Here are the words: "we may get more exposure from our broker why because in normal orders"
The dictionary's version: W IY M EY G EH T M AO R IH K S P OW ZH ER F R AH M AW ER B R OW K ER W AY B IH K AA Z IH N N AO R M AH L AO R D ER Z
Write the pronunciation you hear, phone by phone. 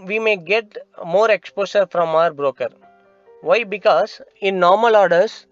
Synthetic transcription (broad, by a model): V IY M EY G EH T M AO R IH K S P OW SH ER F R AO M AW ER B R OW K ER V AY B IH K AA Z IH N N AO R M AH L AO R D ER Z